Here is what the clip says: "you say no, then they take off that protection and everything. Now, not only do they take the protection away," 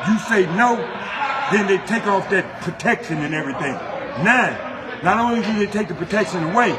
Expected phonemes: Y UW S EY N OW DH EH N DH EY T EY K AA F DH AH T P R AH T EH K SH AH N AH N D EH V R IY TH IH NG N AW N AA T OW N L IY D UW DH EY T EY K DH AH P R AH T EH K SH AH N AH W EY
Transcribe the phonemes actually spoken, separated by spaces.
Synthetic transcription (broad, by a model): Y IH S EY N OW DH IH N DH EY T EY K AA F DH AH T P R AH T EH K SH AH N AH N EH V R IY TH IH NG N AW N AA T OW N L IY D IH DH EY T EY K DH AH P R AH T EH K SH AH N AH W EY